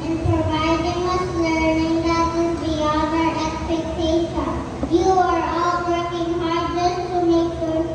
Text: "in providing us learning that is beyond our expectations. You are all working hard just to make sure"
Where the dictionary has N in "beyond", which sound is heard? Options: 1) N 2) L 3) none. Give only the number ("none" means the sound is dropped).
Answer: 3